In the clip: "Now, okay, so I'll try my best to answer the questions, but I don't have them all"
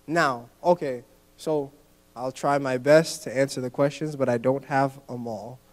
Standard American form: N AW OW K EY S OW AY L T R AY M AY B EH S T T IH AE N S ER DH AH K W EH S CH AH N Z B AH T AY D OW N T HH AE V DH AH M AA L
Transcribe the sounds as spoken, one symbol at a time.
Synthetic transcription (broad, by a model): N AW OW K EY S OW AY L T R AY M AY B EH S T T IH AE N S ER DH AH K W EH S CH AH N Z B AH T AY D OW N T HH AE V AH M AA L